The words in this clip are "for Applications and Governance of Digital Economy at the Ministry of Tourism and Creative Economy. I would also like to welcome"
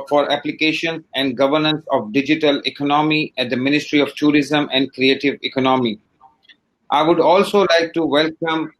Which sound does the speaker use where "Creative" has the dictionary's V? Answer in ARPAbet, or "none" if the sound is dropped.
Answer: V